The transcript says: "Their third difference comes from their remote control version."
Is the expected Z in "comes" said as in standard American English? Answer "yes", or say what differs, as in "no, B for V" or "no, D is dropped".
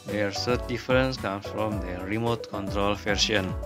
no, Z is dropped